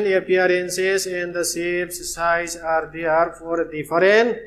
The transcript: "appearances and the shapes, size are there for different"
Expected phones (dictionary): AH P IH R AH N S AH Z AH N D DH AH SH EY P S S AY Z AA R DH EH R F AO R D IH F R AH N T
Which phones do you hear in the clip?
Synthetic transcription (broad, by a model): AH P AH R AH N S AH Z AH N D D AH S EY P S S AY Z AA R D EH R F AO R D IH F R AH N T